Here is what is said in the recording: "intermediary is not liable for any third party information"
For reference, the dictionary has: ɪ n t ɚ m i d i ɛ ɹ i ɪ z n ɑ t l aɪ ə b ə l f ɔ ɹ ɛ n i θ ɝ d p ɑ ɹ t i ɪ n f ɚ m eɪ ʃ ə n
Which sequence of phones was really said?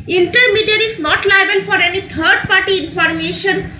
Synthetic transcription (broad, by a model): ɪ n t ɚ m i d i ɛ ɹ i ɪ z n ɑ t l aɪ ə b ə l f ɔ ɹ ɛ n i t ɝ d p ɑ ɹ t i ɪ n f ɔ m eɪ ʃ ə n